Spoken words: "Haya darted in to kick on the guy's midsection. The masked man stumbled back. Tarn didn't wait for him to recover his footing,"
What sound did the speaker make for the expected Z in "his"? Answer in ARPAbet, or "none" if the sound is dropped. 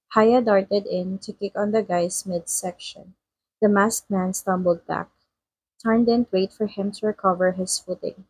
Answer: S